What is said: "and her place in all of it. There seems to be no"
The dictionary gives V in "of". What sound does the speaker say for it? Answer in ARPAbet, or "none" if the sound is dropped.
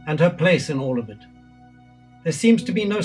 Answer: V